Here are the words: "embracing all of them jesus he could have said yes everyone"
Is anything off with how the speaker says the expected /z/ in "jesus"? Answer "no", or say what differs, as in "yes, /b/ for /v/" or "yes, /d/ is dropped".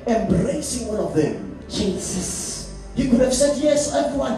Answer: yes, /s/ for /z/